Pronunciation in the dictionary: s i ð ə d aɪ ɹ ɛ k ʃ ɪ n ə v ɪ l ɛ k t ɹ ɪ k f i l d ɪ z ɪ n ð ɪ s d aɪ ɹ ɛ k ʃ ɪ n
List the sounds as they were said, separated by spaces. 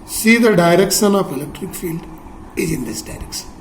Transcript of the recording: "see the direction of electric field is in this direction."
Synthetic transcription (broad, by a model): s i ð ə d aɪ ɹ ɛ k ʃ ɪ n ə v ɪ l ɛ k t ɹ ɪ k f i l d ɪ z ɪ n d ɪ s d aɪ ɹ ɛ k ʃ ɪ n